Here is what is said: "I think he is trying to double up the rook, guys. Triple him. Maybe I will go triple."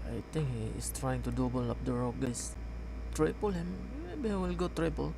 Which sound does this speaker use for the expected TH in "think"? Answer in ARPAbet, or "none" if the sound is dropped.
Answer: T